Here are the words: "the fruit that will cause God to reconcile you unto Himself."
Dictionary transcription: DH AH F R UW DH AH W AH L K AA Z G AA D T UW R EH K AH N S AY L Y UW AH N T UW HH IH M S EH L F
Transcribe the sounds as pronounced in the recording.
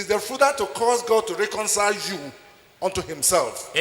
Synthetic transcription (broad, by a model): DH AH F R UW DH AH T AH K AA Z G AA D T UW R EH K AH N S AY L Y UW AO N T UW HH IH M S EH L F